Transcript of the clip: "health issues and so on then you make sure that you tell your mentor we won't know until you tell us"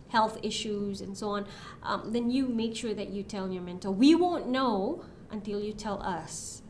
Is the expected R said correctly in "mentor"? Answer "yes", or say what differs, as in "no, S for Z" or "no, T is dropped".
no, L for R